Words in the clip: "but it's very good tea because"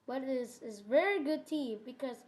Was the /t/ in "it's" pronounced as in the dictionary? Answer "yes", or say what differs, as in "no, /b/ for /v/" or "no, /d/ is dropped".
no, /s/ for /t/